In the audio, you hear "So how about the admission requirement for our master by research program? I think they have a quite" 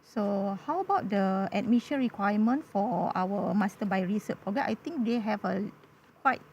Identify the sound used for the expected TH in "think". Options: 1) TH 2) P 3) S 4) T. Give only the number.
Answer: 4